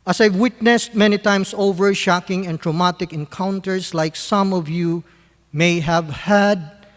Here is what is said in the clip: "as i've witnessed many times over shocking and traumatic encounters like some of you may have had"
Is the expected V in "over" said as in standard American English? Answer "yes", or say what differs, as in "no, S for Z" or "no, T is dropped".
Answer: yes